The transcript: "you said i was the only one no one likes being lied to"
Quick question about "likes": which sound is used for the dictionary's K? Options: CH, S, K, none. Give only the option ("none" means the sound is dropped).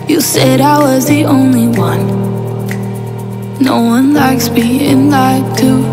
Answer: K